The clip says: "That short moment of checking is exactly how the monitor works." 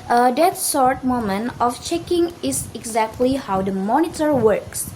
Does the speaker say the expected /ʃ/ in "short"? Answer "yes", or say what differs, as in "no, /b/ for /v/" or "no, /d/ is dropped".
no, /s/ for /ʃ/